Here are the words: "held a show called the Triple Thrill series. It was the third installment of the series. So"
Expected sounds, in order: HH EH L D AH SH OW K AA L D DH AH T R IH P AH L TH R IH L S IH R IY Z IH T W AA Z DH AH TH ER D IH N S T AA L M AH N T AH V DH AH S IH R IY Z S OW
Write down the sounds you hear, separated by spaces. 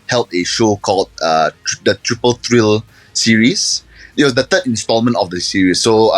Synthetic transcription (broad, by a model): HH EH L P AH SH OW K AA L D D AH T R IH P AH L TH R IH L S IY R IY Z IH T W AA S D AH T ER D IH N S T AA L M AH N T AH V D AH S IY R IY S OW